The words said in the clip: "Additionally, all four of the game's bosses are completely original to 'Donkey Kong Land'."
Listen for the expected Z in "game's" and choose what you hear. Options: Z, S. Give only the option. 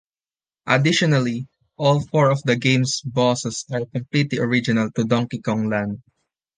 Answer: S